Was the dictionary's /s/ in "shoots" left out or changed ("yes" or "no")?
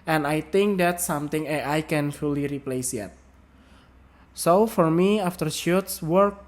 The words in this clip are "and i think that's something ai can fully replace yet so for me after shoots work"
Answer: no